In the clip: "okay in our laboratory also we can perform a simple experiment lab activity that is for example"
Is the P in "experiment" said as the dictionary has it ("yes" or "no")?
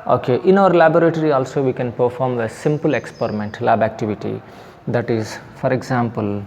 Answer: yes